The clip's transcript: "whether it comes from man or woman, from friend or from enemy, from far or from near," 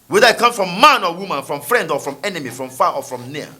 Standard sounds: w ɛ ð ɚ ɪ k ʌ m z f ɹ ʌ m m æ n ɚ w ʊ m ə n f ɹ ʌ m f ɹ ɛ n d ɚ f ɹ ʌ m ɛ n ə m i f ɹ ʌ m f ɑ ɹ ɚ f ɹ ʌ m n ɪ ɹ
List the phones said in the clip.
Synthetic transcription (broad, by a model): w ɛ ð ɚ ɪ k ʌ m f ɹ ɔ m m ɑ n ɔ w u m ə n f ɹ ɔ m f ɹ ɛ n d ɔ f ɹ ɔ m ɛ n ə m i f ɹ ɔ m f ɑ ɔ f ɹ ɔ m n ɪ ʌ